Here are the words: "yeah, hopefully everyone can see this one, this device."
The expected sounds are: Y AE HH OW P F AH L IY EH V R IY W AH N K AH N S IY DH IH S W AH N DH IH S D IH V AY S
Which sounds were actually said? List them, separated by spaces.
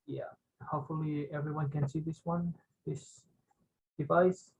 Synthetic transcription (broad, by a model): Y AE HH OW P F AH L IY EH V R IY W AH N K AH N S IY DH IH S W AH N DH IH S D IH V AY S